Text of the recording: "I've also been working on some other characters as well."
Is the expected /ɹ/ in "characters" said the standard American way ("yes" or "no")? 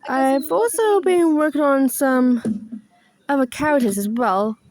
no